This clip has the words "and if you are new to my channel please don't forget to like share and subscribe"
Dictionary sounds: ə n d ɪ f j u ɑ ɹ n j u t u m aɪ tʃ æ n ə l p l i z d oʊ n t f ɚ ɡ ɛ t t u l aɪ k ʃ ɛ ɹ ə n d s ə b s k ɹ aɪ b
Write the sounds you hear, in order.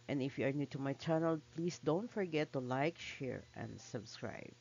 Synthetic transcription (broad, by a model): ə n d ɪ f j u ɑ ɹ n j u t u m aɪ tʃ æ n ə l p l i s d oʊ n t f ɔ ɡ ɛ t t u l aɪ k ʃ ɛ ɹ ə n d s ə b s k ɹ aɪ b